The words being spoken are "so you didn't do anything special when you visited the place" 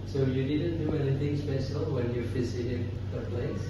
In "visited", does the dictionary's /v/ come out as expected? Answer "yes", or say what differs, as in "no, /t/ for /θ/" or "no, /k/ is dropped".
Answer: no, /f/ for /v/